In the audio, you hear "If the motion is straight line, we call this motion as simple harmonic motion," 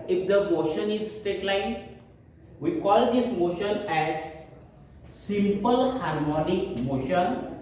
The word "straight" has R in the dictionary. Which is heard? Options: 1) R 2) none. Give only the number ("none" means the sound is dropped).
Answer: 2